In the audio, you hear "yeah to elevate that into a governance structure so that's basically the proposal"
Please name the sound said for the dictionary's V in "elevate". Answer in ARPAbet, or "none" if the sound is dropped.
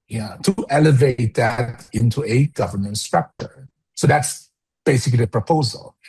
V